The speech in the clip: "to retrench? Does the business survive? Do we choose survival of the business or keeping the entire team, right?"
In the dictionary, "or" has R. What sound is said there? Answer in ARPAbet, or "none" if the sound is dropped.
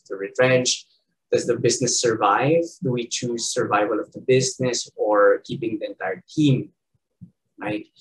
R